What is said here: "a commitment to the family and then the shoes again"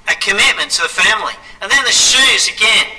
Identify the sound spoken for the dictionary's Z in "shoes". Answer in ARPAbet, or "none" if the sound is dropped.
Z